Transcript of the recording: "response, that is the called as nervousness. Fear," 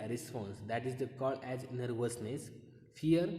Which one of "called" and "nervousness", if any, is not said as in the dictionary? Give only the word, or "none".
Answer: called